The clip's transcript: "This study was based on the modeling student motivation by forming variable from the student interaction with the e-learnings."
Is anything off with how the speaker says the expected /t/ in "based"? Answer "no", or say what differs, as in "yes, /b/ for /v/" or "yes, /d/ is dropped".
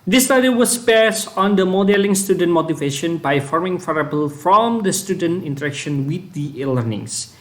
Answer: yes, /t/ is dropped